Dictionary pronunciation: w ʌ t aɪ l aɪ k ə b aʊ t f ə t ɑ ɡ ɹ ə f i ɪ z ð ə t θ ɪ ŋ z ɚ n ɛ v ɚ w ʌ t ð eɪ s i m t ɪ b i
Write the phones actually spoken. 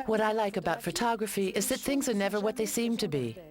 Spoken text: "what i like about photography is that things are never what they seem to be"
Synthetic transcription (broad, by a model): w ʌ t aɪ l aɪ k ə b aʊ t f ə t ɑ ɡ ɹ ə f i ɪ z ð ə t θ ɪ ŋ z ɚ n ɛ v ɚ w ʌ t ð eɪ s i m t ɪ b i